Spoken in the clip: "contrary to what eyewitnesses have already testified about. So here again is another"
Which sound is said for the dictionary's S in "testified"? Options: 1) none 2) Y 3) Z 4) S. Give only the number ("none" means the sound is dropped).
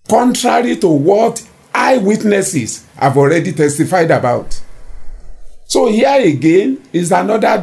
4